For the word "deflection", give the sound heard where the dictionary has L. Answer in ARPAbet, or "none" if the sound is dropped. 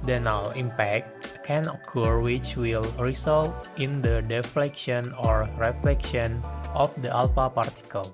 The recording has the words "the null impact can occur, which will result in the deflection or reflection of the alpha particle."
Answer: L